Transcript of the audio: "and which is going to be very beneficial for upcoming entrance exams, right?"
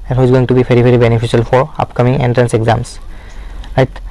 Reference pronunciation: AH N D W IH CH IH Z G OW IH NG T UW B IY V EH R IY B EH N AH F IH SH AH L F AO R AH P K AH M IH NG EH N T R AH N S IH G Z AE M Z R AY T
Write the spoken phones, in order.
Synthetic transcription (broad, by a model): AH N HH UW IH Z G OW IH NG T UW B IY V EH R IY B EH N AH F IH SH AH L F AO R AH P K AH M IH NG EH N T R AH N S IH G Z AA M S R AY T